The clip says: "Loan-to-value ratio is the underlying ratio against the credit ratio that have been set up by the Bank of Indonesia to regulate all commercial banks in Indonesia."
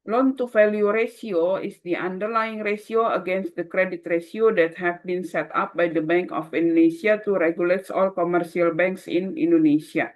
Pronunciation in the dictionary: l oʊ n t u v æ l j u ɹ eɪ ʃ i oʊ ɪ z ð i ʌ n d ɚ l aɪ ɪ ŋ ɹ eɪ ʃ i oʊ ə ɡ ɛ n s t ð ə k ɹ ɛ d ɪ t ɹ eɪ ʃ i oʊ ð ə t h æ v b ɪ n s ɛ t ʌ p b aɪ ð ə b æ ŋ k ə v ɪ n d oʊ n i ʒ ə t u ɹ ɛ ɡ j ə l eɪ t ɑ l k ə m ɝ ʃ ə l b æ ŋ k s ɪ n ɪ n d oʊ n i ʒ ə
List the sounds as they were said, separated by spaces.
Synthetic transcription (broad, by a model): l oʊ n t u f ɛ l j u ɹ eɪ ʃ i oʊ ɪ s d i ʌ n d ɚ l aɪ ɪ ŋ ɹ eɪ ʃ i oʊ ə ɡ ɛ n s t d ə k ɹ ɛ d ɪ t ɹ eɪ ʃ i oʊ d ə t h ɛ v b ɪ n s ɛ t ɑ p b aɪ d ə b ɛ ŋ k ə f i n d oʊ n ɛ s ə t u ɹ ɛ ɡ j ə l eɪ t ɑ l k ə m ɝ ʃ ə l b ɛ ŋ k s ɪ n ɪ n d oʊ n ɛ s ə